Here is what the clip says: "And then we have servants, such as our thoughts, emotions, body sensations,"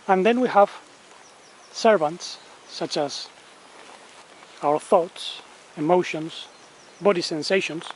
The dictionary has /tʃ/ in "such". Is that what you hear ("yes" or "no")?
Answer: yes